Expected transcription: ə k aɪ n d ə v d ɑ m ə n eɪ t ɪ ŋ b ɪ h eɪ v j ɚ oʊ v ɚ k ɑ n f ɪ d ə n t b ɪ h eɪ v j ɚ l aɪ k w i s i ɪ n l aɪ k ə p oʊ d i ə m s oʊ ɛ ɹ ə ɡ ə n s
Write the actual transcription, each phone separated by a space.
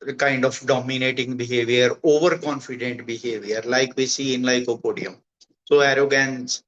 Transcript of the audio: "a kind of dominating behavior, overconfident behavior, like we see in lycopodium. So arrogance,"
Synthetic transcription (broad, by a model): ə k aɪ n d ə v d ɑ m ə n eɪ t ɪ ŋ b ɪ h eɪ v j ɚ oʊ v ɚ k ɑ n f ɪ d ə n t b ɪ h eɪ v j ɚ l aɪ k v i s i ɪ n l aɪ k ə p oʊ d i ə m s oʊ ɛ ɹ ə ɡ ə n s